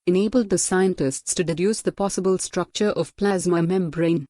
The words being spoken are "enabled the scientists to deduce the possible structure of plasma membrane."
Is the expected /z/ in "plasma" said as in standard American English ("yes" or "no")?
yes